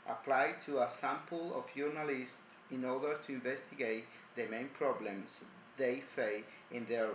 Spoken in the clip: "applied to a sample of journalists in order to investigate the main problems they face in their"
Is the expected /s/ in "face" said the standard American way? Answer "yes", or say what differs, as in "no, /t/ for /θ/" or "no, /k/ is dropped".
no, /s/ is dropped